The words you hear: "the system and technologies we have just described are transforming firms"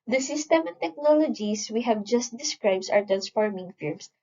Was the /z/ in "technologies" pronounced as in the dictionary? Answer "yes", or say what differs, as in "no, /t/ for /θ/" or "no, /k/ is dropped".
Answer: no, /s/ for /z/